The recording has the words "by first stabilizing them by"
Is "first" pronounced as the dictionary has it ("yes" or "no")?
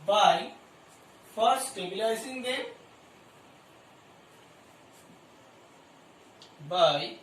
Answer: no